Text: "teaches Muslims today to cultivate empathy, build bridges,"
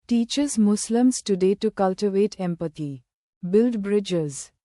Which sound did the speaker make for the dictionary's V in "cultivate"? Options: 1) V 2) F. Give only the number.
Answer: 1